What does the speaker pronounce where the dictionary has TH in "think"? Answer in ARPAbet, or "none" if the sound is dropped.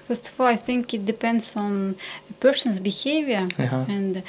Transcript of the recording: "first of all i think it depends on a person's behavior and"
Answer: TH